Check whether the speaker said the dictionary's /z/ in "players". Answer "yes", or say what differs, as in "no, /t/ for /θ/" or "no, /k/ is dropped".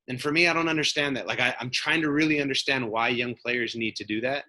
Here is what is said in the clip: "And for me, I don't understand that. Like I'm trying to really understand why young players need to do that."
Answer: yes